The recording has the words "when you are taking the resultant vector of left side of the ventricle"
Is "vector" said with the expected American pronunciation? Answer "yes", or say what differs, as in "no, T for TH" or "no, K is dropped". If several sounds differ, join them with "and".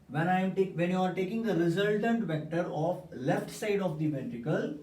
yes